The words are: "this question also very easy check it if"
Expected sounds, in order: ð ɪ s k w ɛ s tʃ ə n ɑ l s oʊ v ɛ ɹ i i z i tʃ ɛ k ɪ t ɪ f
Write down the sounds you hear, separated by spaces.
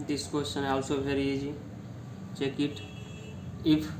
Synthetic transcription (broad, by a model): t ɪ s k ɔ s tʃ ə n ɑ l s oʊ b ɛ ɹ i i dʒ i tʃ ɛ k ɪ t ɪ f